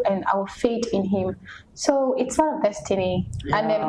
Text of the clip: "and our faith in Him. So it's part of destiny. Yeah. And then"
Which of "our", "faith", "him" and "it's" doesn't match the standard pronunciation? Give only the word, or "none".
faith